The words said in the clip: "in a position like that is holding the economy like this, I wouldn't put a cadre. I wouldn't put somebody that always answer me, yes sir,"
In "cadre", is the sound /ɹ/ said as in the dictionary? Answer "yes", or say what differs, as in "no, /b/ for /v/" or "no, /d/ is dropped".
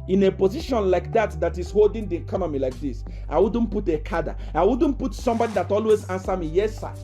no, /ɹ/ is dropped